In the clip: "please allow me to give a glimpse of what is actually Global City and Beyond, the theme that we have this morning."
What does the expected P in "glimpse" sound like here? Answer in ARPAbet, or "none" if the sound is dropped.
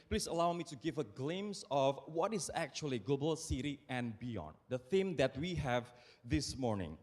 none